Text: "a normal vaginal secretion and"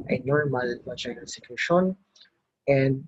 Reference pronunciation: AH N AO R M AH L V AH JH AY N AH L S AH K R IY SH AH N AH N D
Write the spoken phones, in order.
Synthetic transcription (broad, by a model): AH N AO R M AH L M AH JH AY AH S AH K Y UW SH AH N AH N D